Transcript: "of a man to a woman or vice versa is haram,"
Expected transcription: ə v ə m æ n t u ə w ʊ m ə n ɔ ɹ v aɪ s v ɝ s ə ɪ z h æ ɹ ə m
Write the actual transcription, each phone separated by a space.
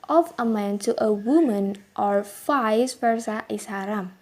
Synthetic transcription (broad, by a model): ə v ə m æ n t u ə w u m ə n ɔ ɹ f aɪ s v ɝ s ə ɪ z h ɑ ɹ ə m